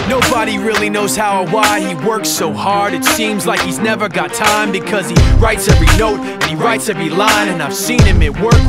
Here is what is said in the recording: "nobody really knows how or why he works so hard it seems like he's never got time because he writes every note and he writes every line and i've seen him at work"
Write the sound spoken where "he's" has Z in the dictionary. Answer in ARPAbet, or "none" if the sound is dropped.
Z